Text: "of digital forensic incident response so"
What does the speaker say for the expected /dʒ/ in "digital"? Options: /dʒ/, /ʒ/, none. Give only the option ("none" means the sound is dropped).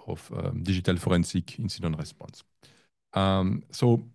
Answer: /ʒ/